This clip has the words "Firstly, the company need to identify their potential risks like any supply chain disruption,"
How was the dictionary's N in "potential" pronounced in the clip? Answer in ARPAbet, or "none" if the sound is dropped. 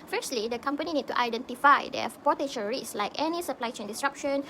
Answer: none